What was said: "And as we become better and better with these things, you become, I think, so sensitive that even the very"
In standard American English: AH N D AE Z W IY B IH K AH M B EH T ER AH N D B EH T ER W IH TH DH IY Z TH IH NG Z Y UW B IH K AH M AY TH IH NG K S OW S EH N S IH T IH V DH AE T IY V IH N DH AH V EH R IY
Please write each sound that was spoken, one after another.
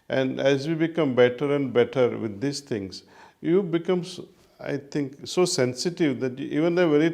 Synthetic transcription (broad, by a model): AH N D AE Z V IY B IH K AH M B EH T ER AH N D B EH T ER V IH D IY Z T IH NG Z Y UW B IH K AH M AY T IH NG K S OW S EH N S IH T IH V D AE T IY V IH N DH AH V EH R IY